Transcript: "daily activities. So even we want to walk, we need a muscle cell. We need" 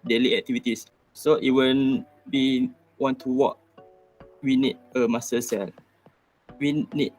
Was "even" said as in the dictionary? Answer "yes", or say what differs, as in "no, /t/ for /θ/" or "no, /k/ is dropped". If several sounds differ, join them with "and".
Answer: no, /w/ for /v/